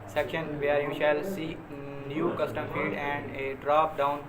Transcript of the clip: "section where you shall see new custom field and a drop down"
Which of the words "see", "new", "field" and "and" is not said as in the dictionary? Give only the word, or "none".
field